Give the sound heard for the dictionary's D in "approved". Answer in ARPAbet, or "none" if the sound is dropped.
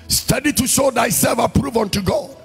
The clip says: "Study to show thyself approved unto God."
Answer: none